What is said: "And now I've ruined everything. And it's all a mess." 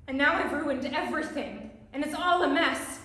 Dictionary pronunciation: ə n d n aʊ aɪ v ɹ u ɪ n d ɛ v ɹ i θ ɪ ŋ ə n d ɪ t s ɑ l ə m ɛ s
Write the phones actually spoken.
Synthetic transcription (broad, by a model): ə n n aʊ aɪ v ɹ u ɪ n d ɛ v ɹ i θ ɪ ŋ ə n ɪ t s ɑ l ə m ɛ s